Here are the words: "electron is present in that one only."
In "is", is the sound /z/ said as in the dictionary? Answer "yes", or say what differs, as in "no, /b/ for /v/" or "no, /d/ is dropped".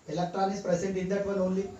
no, /s/ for /z/